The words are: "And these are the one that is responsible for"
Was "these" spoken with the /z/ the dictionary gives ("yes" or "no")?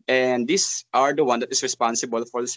no